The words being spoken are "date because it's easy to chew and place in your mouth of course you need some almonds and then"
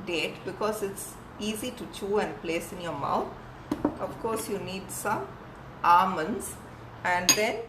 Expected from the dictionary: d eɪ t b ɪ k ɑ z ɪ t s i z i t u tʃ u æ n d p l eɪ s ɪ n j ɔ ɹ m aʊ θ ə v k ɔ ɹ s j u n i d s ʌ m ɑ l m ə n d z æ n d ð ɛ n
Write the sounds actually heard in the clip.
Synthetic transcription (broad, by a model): d eɪ t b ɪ k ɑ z ɪ t s i z i t u tʃ u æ n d p l eɪ s ɪ n j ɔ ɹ m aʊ t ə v k ɔ ɹ s j u n i d s ʌ m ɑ m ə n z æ n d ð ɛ n